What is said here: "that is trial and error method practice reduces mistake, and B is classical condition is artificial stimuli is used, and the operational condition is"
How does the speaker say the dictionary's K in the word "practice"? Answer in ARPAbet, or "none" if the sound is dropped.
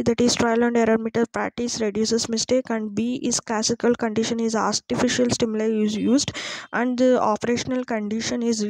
none